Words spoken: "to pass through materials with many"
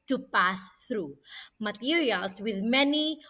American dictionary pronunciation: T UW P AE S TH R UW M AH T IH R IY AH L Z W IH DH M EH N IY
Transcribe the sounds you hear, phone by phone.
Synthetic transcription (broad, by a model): T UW P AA S TH R UW M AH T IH R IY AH L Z W IH DH M EH N IY